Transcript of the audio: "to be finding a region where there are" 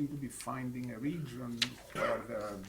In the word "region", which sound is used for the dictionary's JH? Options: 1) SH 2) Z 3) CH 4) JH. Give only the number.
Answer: 4